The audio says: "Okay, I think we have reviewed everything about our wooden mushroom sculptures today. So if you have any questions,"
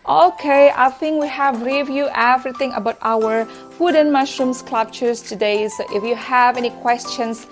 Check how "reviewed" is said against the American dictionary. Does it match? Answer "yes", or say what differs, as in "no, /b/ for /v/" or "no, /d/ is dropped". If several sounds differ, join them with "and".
no, /d/ is dropped